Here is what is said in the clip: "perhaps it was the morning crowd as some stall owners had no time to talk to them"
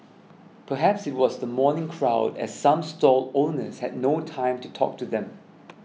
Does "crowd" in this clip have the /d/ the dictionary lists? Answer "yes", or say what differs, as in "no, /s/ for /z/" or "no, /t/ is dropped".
yes